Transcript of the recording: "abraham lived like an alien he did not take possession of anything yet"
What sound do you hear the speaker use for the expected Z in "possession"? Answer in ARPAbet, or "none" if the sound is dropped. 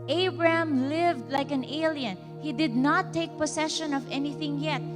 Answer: S